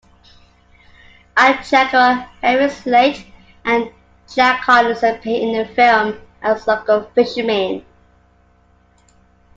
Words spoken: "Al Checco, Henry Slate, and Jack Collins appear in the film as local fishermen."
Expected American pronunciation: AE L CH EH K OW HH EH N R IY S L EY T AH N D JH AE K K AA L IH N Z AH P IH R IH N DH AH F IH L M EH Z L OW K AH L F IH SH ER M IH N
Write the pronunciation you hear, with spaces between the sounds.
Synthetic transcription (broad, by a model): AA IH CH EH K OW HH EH R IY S L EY T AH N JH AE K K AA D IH Z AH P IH IH N DH AH F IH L M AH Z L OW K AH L F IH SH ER M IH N